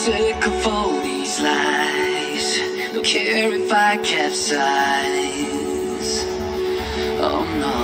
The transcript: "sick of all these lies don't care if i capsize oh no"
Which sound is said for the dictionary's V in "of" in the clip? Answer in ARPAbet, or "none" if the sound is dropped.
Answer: F